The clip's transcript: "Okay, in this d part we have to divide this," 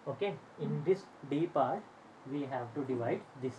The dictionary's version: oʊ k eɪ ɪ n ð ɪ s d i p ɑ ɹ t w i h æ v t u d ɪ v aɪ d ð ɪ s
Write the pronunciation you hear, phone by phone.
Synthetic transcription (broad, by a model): oʊ k eɪ ɪ n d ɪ s d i p ɑ ɹ t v i h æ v t u d ɪ v aɪ d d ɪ s